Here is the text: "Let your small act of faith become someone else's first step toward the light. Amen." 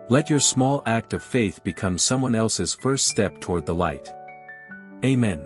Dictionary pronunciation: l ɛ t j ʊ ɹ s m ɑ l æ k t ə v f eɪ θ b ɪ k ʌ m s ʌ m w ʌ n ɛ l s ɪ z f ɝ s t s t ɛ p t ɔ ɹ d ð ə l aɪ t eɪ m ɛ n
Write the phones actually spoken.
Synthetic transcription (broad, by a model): l ɛ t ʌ ɹ s m ɑ l æ k t ə v f eɪ θ b ɪ k ʌ m s ʌ m w ʌ n ɛ l s ɪ z f ɝ s t s t ɛ p t ɔ ɹ d ð ə l aɪ t eɪ m ɛ n